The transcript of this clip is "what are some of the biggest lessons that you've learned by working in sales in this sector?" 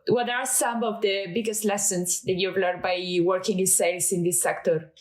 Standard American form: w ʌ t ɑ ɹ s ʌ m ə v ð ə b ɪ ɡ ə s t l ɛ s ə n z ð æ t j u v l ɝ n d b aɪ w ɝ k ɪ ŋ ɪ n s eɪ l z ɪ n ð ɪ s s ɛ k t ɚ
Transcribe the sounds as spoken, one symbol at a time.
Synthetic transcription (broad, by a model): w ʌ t ɑ ɹ s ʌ m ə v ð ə b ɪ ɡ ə s t l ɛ s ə n s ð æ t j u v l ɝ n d b aɪ w ɝ k ɪ ŋ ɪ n s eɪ l s ɪ n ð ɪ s s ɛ k t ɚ